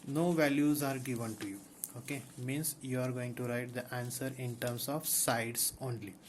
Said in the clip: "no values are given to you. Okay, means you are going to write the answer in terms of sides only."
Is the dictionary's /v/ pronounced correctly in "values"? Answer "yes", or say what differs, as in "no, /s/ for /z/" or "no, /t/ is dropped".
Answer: yes